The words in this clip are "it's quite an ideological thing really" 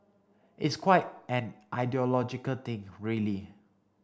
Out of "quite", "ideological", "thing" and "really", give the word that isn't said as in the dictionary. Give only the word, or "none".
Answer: thing